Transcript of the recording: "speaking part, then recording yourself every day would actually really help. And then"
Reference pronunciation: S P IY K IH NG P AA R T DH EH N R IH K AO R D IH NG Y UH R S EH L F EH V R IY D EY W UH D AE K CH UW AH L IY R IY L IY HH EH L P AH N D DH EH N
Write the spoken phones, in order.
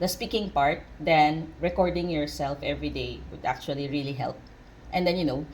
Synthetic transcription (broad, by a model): S P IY K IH NG P AA R T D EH N R IH K AO R D IH NG Y UH R S EH L F EH V R IY D EY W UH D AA K CH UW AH L IY R IY L IY HH EH L P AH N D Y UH N